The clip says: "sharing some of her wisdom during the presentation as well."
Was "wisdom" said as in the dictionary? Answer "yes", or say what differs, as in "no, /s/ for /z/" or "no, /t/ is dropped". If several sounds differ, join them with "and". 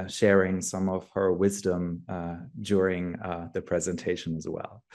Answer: yes